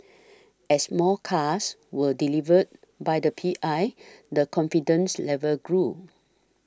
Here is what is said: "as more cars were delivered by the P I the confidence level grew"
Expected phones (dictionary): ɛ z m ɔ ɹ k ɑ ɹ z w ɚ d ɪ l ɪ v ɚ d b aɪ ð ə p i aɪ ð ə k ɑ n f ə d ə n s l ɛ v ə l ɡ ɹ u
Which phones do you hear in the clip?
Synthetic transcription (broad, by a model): ɛ s m ɔ l k ɑ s w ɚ d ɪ l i v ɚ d b aɪ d ə p i aɪ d ə k ɑ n f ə d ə n s l ɛ v ə l ɡ ɹ u